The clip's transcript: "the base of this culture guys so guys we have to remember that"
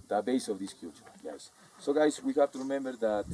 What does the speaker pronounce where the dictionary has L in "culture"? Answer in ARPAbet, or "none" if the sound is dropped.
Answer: none